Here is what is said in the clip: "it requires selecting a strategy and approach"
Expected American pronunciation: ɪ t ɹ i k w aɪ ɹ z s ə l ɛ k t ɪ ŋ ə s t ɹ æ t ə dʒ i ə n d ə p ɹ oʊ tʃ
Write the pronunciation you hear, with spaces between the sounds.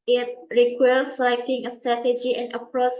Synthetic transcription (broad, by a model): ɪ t ɹ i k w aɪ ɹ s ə ɪ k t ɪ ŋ ə s t ɹ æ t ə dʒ i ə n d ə p ɹ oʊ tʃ